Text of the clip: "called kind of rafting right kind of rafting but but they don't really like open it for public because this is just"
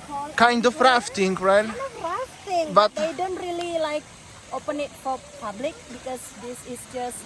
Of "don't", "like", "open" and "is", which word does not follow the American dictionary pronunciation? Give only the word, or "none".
is